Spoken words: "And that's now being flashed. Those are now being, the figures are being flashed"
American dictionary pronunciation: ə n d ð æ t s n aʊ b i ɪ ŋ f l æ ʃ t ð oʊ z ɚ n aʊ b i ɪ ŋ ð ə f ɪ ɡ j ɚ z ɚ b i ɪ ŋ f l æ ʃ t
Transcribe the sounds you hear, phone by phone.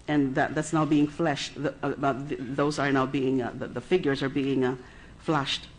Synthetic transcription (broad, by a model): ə n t ð æ t s n aʊ b i ɪ ŋ f l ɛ ʃ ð ð oʊ z ɚ n aʊ b i ɪ ŋ ð ə f ɪ ɡ j ɚ z ɚ b i ɪ ŋ f l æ ʃ t